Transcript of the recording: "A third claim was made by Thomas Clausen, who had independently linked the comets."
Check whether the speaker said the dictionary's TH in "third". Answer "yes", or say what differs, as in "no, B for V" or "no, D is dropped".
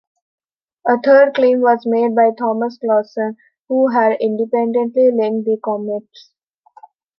no, T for TH